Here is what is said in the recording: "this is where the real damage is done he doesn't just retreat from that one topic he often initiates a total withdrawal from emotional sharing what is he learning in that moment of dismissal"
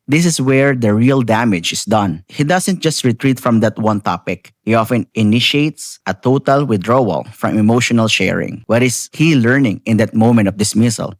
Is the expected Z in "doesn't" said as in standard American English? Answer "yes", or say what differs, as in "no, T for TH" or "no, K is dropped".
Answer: no, S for Z